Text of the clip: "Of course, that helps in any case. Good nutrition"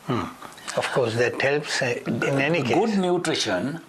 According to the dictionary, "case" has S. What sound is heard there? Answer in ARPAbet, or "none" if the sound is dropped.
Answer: none